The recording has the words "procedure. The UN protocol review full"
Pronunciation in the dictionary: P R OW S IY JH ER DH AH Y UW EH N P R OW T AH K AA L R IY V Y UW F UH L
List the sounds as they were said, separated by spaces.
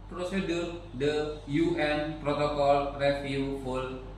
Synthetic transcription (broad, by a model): P R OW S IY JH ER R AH Y UW EH N P R OW T AH K AA L R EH F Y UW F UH L